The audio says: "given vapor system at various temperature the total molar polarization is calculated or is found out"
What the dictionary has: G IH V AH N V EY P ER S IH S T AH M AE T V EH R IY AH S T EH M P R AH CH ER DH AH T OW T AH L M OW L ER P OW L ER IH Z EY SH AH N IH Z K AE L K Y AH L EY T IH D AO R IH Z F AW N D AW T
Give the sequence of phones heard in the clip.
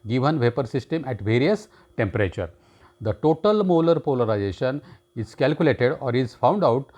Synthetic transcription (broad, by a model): G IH V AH N V EY P ER S IH S T AH M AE T V EH R IY AH S T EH M P R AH CH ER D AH T OW T AH L M OW L ER P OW L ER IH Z EY SH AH N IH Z K AE L K Y AH L EY T IH D AO R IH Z F AW N D AW T